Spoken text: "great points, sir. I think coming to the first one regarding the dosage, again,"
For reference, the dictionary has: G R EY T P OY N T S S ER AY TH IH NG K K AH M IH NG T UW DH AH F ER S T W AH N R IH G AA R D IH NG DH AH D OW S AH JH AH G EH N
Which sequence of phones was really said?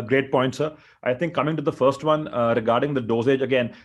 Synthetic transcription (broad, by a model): G R EY T P OY N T S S AY T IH NG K K AH M IH NG T UW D AH F ER S T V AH N R IH G AA R D IH NG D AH D OW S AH JH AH G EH N